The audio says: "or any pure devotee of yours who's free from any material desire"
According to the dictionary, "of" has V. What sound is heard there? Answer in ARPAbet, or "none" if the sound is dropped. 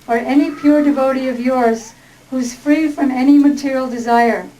V